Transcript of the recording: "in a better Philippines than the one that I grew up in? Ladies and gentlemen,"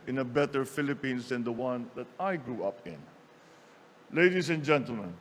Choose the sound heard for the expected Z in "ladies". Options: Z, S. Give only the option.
S